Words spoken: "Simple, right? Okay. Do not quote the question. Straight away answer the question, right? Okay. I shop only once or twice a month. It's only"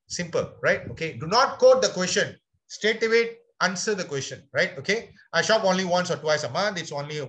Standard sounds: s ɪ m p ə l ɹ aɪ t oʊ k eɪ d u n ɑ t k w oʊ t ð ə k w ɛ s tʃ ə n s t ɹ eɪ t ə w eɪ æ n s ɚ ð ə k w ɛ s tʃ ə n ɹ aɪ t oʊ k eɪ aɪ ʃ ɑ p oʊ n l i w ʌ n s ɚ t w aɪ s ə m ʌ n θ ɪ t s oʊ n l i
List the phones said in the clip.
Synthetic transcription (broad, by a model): s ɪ m p ə l ɹ aɪ t oʊ k eɪ d u n ɑ t k oʊ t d ə k w ɛ s tʃ ə n s t eɪ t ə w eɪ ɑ n s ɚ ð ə k w ɛ s tʃ ə n ɹ aɪ t oʊ k eɪ aɪ ʃ ɑ p oʊ n l i w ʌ n s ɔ t w aɪ s ə m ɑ n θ ɪ t s oʊ n l i